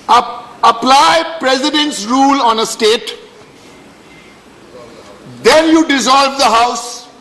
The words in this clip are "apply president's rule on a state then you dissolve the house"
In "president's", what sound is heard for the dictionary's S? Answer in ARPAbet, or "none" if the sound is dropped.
S